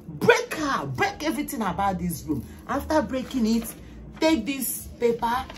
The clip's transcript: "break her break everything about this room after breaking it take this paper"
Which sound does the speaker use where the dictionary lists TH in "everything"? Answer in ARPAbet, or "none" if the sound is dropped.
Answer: T